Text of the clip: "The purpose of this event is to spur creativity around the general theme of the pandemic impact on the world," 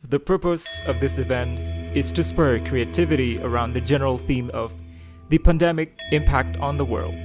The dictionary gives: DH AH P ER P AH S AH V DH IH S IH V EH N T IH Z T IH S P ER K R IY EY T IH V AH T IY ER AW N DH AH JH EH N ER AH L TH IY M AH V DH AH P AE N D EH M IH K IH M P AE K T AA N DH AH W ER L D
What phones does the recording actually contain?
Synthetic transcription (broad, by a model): DH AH P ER P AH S AH V DH IH S IH V EH N T IH Z T IH S P ER K R IY EY T IH V AH T IY ER AW N DH AH JH EH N ER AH L TH IY M AH V DH AH P AE N D EH M IH K IH M P AE K T N DH AH W ER L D